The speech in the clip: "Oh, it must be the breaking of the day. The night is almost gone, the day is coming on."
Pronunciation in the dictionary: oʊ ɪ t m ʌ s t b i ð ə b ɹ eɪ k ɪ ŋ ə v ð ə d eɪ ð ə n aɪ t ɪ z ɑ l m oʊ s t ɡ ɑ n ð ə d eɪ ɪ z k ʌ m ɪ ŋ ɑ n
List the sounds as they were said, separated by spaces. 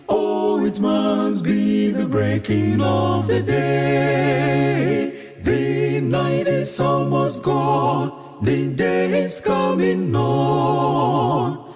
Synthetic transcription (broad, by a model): oʊ ɪ t m ʌ s t b i ð ə b ɹ eɪ k ɪ ŋ ə v ð ə d eɪ ð ə n aɪ t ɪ s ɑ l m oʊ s ɡ ɑ n ð ə d eɪ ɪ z k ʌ m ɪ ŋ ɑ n